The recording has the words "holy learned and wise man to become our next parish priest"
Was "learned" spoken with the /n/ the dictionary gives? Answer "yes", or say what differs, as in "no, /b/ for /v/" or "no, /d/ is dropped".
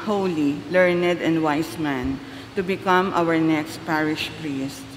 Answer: yes